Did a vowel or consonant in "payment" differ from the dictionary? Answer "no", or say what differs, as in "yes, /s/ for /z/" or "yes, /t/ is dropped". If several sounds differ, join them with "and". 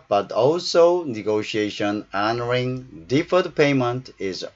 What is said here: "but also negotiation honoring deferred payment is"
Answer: no